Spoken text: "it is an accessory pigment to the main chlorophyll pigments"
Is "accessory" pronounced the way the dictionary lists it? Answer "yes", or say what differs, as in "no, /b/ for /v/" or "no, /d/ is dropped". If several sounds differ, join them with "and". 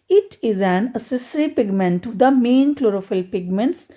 no, /k/ is dropped